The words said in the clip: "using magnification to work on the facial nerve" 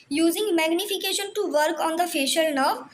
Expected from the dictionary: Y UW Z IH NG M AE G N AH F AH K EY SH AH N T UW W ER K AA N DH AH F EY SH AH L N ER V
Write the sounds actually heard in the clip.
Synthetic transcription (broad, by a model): Y UW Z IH NG M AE G N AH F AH K EY SH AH N T UW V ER K AA N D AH F EY SH AH L N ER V